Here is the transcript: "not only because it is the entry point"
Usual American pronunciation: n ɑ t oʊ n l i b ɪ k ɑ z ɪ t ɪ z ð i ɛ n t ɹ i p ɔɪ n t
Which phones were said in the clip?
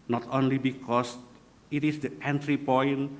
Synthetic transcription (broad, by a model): n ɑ t oʊ n l i b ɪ k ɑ s ɪ t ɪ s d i ɛ n t ɹ i p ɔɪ n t